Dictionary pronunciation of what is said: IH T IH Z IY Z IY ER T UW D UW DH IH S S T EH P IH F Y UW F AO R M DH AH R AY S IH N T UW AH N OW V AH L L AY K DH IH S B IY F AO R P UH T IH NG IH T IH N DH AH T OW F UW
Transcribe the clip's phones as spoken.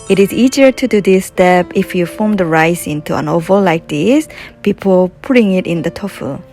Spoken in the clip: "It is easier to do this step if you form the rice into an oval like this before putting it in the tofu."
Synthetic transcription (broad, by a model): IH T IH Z IY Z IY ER T UW D UW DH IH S S T EH P IH F Y UW F AO M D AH R AY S IH N T UW AH N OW V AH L L AY K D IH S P IY P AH L P UH T IH NG IH T IH N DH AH T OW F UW